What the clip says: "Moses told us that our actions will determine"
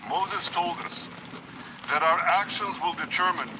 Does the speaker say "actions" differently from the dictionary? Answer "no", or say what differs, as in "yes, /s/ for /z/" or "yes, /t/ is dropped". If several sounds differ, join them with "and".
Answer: no